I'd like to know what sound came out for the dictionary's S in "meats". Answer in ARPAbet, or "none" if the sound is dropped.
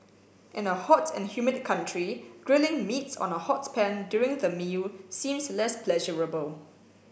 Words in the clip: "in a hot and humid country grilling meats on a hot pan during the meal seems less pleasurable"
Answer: S